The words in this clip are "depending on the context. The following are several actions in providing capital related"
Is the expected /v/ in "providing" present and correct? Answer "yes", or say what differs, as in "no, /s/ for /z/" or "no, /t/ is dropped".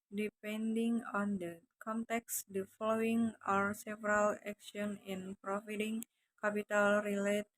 no, /f/ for /v/